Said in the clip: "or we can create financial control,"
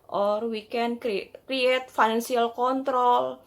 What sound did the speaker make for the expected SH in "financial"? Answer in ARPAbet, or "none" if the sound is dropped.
S